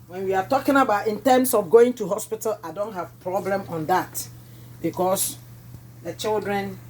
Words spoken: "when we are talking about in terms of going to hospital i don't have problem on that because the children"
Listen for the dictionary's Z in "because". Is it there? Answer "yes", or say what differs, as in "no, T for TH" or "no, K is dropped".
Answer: no, S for Z